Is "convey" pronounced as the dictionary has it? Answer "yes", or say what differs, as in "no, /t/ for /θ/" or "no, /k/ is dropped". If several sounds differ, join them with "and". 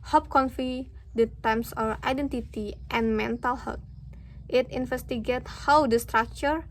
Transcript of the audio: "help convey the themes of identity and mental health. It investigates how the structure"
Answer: no, /f/ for /v/